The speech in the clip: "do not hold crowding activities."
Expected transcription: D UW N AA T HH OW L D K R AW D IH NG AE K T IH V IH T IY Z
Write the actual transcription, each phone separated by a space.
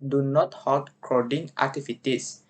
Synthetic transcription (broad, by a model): D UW N AA T HH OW D K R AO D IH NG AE K T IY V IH T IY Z